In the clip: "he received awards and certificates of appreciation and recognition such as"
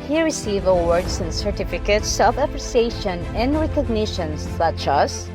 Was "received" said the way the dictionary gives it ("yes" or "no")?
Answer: no